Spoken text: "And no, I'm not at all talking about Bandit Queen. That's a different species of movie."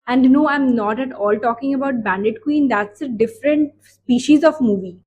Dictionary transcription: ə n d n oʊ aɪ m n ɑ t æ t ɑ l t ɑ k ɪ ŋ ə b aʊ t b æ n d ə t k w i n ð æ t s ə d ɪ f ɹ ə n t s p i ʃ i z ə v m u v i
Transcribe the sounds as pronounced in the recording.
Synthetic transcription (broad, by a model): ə n d n oʊ aɪ m n ɑ t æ t ɑ l t ɑ k ɪ ŋ ə b aʊ t b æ n d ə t k w i n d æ t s ə d ɪ f ɹ ə n t s p i ʃ i z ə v m u v i